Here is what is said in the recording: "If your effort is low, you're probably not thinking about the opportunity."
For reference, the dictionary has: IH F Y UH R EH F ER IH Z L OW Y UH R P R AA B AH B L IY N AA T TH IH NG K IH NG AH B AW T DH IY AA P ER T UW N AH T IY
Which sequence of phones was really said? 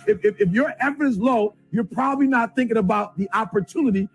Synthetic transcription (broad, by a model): IH F Y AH R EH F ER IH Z L OW Y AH R P R AA B AH B L IY N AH T TH IH NG K IH NG AH B AW T DH IY AA P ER T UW N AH T IY